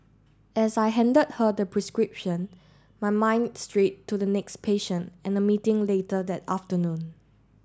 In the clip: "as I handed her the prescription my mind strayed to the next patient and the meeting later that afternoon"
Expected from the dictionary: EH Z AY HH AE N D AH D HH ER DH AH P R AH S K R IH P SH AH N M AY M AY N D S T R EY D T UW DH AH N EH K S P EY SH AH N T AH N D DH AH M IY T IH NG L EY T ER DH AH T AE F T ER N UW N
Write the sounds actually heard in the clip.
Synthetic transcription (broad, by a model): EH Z AY HH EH N D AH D HH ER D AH P R AH S K R IH P SH AH N M AY M AY N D S T R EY T UW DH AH N EH K S P EY SH AH N T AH N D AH M IY T IH NG L EY T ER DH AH T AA F T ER N UW N